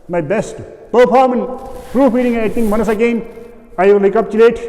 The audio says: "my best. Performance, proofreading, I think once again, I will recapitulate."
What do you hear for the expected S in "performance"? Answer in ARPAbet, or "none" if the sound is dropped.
none